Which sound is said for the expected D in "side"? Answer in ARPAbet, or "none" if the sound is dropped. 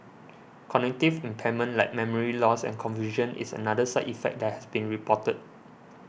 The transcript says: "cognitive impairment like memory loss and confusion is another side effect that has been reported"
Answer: none